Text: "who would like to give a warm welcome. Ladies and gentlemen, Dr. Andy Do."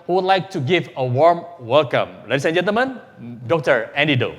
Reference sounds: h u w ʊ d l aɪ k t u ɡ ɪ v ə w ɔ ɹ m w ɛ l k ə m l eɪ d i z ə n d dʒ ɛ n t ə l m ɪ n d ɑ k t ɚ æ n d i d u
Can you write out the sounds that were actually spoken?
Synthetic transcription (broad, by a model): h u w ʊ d l aɪ k t u ɡ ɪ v ə w ɔ ɹ m w ɛ l k ə m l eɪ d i s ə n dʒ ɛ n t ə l m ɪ n d ɑ k t ɚ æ n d i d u